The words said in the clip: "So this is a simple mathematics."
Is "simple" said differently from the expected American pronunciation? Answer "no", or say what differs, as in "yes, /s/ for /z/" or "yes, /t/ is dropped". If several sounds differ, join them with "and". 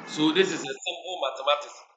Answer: yes, /b/ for /p/